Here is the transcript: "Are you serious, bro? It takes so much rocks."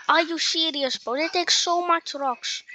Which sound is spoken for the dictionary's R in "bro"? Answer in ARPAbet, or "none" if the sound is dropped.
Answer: none